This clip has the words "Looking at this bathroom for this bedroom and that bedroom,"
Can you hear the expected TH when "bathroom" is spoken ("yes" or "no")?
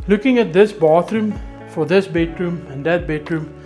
no